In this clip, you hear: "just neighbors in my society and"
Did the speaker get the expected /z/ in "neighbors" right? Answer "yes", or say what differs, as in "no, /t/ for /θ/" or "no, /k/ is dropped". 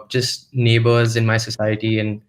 yes